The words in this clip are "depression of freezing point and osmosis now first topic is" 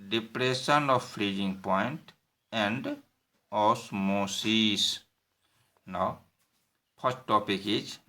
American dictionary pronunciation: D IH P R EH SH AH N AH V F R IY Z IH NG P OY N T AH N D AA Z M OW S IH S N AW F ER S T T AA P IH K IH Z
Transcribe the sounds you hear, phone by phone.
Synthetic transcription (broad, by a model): D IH P R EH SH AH N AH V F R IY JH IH NG P OY N T AH N D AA S M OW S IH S N AW P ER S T T AA P IH K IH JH